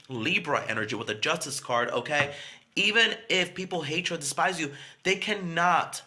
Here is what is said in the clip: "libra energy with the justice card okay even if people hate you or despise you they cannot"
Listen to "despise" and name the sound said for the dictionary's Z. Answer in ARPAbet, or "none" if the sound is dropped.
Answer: Z